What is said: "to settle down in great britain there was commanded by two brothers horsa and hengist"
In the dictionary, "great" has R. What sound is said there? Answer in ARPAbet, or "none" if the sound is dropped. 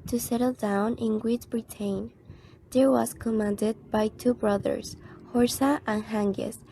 W